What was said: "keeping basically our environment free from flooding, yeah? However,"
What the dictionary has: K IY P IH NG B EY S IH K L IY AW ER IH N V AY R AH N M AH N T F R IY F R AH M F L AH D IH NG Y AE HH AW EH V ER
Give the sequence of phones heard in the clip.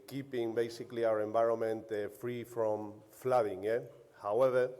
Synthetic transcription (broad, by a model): K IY P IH NG B EY S IH K L IY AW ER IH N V AY R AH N M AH N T F R IY F R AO M F L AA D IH NG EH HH AW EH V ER